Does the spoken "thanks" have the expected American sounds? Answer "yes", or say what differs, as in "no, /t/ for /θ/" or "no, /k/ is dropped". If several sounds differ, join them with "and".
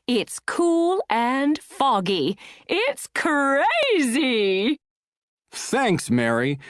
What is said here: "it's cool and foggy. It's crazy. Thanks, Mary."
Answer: yes